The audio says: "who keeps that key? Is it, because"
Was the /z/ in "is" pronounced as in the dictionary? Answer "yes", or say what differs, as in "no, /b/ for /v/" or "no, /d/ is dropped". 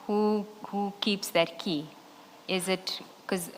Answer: yes